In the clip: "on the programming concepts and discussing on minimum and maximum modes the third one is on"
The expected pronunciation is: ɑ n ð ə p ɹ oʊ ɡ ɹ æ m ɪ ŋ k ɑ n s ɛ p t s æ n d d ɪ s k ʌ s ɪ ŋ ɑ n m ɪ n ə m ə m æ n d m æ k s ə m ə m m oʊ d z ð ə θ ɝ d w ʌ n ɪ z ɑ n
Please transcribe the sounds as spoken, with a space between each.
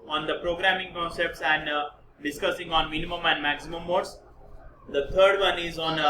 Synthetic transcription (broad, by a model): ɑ n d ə p ɹ oʊ ɡ ɹ æ m ɪ ŋ k ɑ n s ɛ p t s æ n d d ɪ s k ʌ s ɪ ŋ ɑ n m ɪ n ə m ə m æ n d m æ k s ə m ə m m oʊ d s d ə t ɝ d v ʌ n ɪ z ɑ n